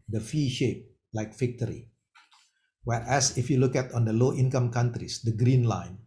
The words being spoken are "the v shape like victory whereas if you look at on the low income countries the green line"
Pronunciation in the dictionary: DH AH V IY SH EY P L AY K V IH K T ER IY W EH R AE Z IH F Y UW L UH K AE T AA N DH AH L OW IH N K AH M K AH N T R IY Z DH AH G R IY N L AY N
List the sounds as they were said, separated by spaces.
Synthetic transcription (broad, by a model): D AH F IY SH EY P L AY K F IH K T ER IY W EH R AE S IH F Y UW L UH K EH T AA N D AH L OW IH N K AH M K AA N T R IY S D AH G R IY N L AY N